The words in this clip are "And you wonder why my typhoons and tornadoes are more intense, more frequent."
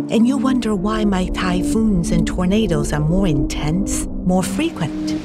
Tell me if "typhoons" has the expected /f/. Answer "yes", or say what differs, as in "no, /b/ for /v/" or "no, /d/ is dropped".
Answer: yes